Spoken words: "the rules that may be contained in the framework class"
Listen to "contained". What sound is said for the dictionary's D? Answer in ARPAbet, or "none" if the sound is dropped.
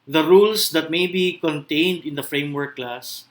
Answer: D